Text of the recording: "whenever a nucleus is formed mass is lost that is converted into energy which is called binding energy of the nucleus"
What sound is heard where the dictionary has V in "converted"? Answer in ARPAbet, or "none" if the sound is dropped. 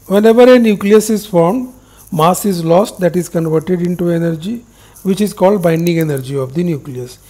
V